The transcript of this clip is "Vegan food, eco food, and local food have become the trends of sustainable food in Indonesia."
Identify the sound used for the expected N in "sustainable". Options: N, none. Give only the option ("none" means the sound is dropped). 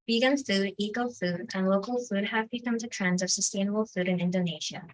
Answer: N